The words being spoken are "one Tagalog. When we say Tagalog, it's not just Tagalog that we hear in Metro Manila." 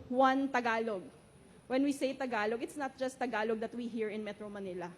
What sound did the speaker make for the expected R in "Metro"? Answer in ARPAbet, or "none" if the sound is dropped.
R